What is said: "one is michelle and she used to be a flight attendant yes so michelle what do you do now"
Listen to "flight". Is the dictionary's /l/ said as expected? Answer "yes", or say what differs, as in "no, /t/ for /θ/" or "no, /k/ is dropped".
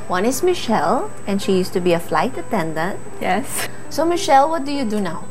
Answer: yes